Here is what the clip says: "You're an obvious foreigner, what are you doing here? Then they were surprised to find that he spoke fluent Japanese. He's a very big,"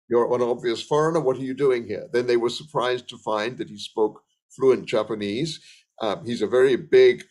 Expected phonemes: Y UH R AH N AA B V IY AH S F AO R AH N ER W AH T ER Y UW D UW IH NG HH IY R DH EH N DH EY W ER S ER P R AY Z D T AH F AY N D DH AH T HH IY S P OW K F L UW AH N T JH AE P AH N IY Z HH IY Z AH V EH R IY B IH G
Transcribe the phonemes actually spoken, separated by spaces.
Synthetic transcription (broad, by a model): Y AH R AH N AA B V IY AH S F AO R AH N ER W AH T ER Y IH D UW IH NG HH IY R DH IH N DH EY W ER S ER P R AY Z T AH F AY N DH AH T HH IY S P OW K F L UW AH N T JH AE P AH N IY Z HH IY Z AH V EH R IY B IH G